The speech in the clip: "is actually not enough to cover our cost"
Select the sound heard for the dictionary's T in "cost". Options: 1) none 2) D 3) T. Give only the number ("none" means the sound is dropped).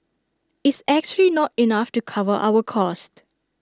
3